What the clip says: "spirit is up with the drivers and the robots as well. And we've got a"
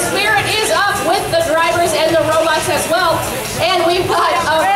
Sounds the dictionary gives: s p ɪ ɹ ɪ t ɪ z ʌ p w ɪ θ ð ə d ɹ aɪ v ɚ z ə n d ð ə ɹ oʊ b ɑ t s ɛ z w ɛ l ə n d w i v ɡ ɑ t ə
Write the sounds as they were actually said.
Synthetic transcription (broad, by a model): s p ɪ ɹ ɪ t ɪ z ʌ p w ɪ ð ə d ɹ aɪ v ɚ z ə n ð ə ɹ oʊ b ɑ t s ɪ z w ɛ l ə n w i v ɡ ɑ t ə